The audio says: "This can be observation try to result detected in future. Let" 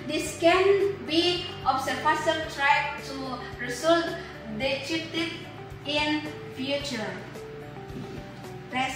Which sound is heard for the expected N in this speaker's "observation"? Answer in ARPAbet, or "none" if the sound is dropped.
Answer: L